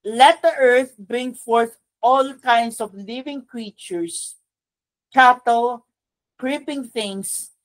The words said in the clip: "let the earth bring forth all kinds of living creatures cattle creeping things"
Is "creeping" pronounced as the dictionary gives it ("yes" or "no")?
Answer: yes